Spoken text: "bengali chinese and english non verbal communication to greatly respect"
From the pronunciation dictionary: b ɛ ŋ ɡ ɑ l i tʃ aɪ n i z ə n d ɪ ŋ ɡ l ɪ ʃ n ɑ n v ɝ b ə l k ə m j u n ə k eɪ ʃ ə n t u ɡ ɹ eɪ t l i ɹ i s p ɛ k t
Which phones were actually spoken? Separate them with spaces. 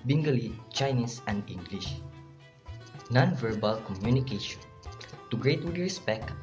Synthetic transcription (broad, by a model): b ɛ ŋ ɡ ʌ l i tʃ aɪ n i s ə n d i ŋ ɡ l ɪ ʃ n ɑ n v ɝ b ə l k ə m j u n ə k eɪ ʃ ə n t u ɡ ɹ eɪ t w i ɹ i s p ɛ k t